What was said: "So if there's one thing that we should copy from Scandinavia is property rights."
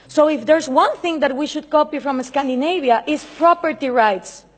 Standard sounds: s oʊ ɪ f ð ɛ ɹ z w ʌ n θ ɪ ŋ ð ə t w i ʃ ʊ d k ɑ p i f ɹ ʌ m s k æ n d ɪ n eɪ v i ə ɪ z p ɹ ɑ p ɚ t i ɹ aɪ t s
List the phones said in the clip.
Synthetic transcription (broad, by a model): s oʊ ɪ f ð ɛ ɹ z w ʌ n θ ɪ ŋ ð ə t w i ʃ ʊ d k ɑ p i f ɹ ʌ m s k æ n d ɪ n eɪ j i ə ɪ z p ɹ ɑ p ɚ t i ɹ aɪ t s